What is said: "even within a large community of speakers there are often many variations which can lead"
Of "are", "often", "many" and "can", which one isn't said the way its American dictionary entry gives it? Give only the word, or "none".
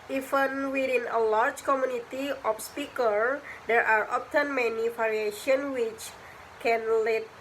often